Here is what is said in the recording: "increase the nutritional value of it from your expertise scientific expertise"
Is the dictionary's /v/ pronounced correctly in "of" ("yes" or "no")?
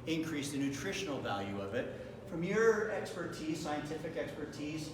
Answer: yes